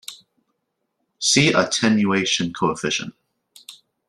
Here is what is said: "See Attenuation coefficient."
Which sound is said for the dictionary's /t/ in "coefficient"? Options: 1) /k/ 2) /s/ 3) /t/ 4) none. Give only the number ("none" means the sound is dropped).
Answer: 4